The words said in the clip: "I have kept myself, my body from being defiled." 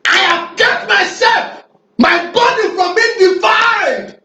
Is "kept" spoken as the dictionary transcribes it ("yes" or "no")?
no